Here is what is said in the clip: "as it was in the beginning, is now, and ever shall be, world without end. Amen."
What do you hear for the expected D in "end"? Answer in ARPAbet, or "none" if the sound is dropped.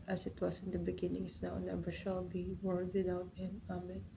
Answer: none